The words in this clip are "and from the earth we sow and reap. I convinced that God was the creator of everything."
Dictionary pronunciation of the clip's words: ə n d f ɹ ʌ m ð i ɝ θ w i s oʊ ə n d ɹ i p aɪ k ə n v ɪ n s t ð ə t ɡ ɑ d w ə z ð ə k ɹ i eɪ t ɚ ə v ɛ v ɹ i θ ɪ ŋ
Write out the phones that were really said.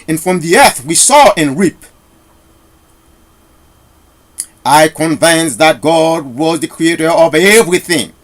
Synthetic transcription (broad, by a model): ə n f ɹ ʌ m ð i ɝ θ w i s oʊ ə n ɹ i p aɪ k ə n v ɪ n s ð ə t ɡ ɑ d w ə z ð ə k ɹ i eɪ t ɚ ə v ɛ v ɹ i θ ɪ ŋ